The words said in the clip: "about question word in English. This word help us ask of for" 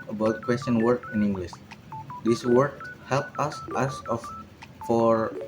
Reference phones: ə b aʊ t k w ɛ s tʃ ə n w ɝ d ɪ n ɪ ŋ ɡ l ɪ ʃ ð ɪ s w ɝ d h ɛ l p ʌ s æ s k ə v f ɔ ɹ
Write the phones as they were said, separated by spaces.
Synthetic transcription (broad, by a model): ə b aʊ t k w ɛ s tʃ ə n w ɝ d ɪ n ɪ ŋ ɡ l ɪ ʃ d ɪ s w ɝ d h ɛ l p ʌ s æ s ə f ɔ ɹ